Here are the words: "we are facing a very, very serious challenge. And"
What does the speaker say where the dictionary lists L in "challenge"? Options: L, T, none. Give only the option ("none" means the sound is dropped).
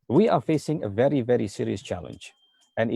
L